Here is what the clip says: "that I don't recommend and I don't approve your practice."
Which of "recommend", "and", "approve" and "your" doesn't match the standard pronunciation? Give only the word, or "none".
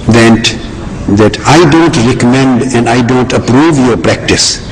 none